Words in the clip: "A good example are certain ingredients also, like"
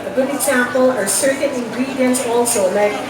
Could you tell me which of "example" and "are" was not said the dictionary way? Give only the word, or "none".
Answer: example